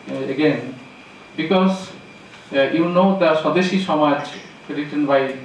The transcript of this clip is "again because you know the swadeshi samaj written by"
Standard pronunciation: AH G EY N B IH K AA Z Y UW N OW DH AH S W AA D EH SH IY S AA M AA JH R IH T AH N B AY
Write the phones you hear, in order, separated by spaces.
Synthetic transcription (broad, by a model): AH G EY N B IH K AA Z Y UW N OW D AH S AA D EH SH IY SH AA M AA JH R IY T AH N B AY